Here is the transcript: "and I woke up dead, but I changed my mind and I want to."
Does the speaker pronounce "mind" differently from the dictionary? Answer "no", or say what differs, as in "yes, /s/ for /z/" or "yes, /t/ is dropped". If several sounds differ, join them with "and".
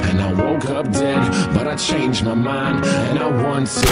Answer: no